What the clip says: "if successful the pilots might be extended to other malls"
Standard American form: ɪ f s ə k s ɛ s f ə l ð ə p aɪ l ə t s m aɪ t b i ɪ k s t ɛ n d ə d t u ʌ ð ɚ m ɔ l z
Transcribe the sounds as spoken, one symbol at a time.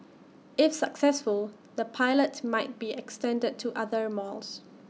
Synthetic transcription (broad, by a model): ɪ f s ə k s ɛ s f ə l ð ə p aɪ l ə t m aɪ t b i ɪ k s t ɛ n d ə d t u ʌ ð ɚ m ɔ l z